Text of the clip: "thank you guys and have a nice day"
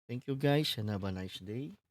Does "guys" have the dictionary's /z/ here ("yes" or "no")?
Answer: no